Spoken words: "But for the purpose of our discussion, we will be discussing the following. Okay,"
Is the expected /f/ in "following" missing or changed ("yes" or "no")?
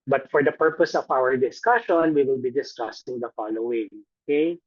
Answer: no